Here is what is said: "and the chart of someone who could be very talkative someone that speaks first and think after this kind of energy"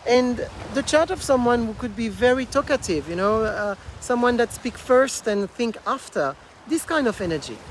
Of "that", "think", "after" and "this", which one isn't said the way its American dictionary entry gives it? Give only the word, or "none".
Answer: none